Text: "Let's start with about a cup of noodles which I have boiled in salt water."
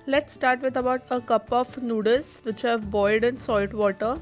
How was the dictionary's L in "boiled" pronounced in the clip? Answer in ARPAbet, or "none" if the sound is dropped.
none